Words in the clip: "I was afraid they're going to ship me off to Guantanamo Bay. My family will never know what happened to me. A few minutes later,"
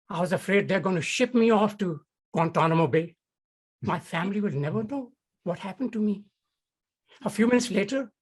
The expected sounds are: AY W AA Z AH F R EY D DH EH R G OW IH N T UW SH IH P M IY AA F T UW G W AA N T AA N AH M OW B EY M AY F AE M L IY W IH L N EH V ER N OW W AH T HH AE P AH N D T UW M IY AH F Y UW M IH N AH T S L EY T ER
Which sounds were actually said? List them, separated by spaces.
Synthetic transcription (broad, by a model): AY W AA Z AH F R EY D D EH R G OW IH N T UW SH IH P M IY AA F T UW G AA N T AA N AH M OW B EY M AY F AE M L IY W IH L N EH V ER N OW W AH T HH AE P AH N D T UW M IY AH F Y UW M IH N AH T S L EY T ER